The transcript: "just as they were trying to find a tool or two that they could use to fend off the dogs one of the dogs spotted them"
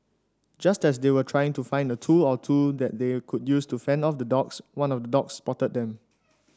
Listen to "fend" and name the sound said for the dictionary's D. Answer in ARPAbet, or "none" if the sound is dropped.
D